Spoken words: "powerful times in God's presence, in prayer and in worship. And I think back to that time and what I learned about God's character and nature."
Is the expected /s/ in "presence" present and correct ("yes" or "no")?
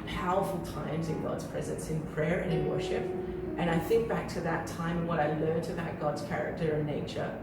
yes